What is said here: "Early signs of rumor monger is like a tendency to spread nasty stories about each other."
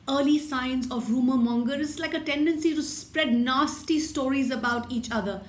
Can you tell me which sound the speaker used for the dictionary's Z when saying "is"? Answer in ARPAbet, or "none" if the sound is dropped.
S